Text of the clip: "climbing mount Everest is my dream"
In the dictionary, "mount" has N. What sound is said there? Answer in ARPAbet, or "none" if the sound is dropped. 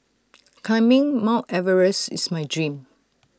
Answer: none